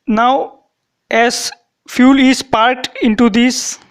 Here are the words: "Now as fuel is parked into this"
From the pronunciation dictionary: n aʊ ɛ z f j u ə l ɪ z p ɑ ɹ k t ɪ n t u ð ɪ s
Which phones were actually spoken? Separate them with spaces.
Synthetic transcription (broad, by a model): n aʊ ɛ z f j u l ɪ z p ɑ ɹ t ɪ n t u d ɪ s